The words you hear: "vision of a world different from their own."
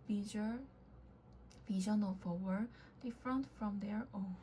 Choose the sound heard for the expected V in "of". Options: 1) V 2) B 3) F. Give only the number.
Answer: 3